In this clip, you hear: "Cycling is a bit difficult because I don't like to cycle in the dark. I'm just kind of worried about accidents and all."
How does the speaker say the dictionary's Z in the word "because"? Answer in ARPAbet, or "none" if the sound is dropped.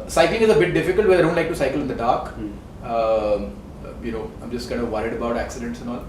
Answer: none